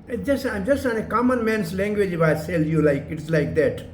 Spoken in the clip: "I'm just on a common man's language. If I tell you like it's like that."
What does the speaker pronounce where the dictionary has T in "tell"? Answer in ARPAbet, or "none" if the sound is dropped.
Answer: S